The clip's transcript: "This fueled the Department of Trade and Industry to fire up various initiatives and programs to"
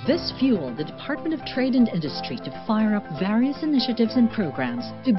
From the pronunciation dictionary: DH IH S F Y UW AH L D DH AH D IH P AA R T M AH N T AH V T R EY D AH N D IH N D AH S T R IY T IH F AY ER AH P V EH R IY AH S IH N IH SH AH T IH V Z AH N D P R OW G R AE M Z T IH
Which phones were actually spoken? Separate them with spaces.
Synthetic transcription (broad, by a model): DH IH S F Y UW L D DH AH D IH P AA R T M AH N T AH V T R EY D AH N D IH N D AH S T R IY T IH F AY ER AH P V EH R IY AH S IH N IH SH AH T IH V Z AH N P R OW G R AE M Z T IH